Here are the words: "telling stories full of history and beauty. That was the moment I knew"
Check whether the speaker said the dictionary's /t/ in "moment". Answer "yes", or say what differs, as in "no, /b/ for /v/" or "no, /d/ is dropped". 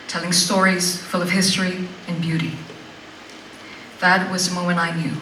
no, /t/ is dropped